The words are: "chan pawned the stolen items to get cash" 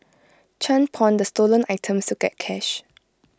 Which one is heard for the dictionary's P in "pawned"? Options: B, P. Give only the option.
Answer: P